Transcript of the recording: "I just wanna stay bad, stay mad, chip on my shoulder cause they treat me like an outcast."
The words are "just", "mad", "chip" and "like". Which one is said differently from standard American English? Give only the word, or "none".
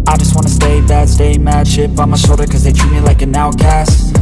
chip